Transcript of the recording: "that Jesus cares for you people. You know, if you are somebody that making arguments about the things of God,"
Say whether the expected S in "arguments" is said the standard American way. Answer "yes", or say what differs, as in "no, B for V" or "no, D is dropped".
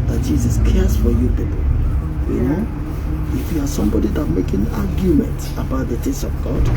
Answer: no, S is dropped